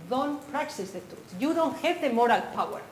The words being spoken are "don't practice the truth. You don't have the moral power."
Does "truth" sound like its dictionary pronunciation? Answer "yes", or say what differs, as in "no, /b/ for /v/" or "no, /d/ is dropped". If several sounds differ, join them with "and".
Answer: no, /ɹ/ is dropped and /s/ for /θ/